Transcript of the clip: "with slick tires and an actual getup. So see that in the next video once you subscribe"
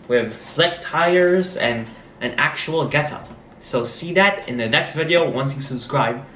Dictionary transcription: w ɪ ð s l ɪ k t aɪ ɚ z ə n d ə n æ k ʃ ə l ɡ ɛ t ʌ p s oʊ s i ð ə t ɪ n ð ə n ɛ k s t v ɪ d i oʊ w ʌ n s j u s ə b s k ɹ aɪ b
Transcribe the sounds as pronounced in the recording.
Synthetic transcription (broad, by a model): w ɪ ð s l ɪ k t aɪ ɚ z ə n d ə n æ k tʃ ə l ɡ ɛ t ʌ s oʊ s i ð ə t ɪ n ð ə n ɛ k s t v ɪ d i oʊ w ʌ n s j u s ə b s k ɹ aɪ b